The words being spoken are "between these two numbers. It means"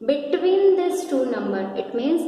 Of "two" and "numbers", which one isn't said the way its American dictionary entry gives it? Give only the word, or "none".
numbers